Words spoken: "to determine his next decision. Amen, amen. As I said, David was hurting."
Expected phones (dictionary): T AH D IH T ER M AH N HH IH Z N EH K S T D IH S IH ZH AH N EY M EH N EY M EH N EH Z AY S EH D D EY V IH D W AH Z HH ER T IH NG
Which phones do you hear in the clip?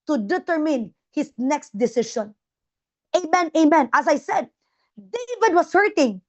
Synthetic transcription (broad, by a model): T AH D IH T ER M AH N HH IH S N EH K S T D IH S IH SH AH N EY M EH N EY M EH N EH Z AY S EH D D EY V IH D W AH S HH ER T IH NG